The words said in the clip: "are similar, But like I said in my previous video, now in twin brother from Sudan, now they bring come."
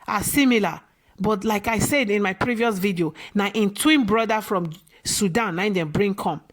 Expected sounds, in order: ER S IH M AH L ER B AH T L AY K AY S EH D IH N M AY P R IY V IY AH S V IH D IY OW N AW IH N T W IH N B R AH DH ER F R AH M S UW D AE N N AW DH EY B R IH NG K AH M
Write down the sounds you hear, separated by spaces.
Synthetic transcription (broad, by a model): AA S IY M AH L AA B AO T L AY K AY S EH D IH N M AY P R IY V IY AH S V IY D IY OW N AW IH N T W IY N B R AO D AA F R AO M S UW D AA N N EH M B R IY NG K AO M